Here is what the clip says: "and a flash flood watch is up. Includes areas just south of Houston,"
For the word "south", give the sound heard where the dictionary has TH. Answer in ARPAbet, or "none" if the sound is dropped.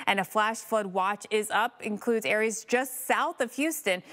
TH